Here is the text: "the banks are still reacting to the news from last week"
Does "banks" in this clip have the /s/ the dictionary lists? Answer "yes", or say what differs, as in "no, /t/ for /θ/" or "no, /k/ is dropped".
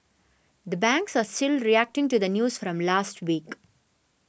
yes